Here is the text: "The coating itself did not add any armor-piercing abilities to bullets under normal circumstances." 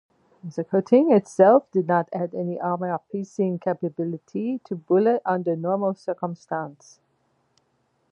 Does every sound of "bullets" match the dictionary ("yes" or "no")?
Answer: no